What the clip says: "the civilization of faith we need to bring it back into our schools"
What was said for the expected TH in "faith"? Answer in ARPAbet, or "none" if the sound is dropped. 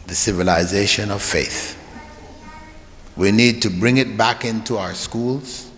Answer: TH